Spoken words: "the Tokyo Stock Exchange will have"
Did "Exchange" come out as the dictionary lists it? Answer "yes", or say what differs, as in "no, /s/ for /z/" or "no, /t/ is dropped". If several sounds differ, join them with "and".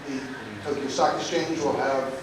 no, /k/ is dropped